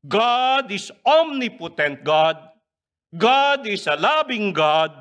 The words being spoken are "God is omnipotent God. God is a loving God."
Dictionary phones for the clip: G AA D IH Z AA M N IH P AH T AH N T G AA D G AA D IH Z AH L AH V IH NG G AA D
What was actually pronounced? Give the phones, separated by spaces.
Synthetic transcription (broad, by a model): G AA D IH S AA M N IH P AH T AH N T G AA D G AA D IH S AH L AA B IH NG G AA D